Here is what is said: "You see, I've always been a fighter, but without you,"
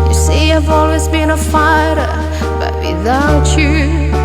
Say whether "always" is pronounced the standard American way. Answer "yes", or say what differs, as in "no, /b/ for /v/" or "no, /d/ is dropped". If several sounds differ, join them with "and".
yes